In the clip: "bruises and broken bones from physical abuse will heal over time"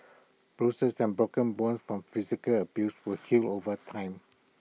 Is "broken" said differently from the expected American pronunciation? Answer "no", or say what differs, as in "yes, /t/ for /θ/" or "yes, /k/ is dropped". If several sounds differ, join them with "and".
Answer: no